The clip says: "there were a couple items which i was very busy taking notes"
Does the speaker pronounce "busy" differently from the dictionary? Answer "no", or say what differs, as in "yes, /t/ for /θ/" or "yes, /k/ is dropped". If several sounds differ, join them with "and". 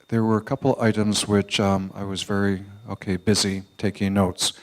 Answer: no